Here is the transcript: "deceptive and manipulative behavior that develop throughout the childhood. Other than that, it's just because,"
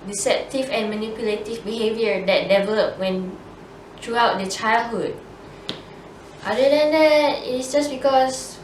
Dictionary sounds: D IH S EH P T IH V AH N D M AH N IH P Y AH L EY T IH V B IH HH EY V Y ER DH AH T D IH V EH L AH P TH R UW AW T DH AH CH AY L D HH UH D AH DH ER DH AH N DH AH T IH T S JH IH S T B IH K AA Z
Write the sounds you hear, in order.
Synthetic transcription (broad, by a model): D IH S EH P T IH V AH N M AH N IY P Y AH L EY T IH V B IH HH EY V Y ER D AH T D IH V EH L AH P T R UW AW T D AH CH AY L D HH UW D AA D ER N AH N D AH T IH T S JH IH S B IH K AA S